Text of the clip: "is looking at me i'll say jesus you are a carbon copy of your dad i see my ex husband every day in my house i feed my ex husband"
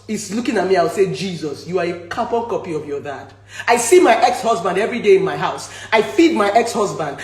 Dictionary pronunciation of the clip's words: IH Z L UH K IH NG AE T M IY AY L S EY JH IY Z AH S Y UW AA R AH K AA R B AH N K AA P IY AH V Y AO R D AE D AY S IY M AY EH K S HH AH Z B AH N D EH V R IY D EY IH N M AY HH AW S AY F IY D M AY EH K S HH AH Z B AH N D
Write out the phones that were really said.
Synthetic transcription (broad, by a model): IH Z L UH K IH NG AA T M IY AY W S EY JH IY Z AH S Y UW AA R AH K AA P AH K AA P IY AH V Y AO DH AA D AY S IY M AY EH K S HH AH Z B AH N D EH V R IY D EY IH N M AY HH AW S AY F IY D M AY EH K S HH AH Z B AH N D